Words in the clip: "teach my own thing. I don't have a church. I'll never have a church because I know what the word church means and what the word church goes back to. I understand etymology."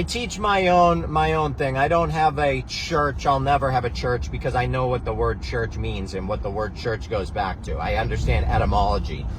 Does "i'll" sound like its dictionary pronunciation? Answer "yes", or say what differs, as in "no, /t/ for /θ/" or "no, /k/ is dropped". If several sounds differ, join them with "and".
yes